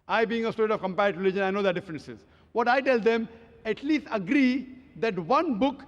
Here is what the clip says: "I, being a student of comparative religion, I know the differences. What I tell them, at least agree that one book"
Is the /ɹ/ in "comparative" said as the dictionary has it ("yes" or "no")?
no